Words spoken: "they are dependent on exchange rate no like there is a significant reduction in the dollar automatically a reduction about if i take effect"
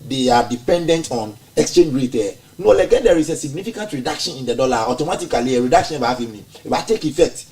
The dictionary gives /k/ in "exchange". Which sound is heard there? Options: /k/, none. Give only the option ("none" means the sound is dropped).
/k/